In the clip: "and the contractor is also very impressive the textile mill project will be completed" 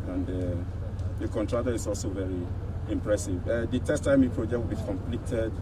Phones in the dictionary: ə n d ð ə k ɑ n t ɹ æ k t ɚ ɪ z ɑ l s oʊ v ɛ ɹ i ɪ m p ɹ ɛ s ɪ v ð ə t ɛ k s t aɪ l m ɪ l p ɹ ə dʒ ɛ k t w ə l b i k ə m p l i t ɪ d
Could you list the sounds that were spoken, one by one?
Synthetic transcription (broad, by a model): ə n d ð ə k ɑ n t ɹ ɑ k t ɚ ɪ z ɑ l s oʊ v ɛ ɹ i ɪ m p ɹ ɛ s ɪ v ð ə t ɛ s t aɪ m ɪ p ɹ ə dʒ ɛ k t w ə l b i k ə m p l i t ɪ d